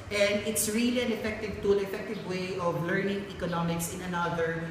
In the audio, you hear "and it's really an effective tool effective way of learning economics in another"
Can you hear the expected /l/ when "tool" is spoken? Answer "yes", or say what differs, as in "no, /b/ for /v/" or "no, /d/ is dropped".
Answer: no, /n/ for /l/